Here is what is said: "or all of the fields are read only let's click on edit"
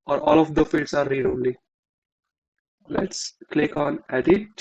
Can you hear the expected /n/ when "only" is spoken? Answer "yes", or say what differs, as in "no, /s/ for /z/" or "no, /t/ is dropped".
no, /n/ is dropped